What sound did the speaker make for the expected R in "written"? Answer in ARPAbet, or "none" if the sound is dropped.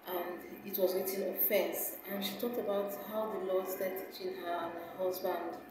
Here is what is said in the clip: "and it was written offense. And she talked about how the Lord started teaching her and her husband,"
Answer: W